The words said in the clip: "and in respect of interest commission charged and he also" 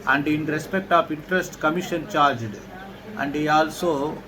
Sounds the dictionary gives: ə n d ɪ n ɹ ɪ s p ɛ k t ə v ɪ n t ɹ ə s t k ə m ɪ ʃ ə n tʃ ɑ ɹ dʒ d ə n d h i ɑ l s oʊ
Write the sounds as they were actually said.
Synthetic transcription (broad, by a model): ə n d ɪ n ɹ ɪ s p ɛ k t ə p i n t ɹ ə s t k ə m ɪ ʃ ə n tʃ ɑ ɹ dʒ d ə n d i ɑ l s oʊ